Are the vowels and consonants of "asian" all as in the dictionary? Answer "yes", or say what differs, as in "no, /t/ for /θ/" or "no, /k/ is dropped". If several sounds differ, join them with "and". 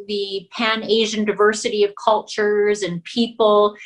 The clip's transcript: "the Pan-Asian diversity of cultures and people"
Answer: yes